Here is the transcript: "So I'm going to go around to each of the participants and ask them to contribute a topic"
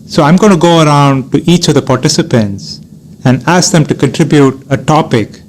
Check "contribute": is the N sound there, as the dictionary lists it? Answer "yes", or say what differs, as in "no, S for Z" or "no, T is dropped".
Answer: yes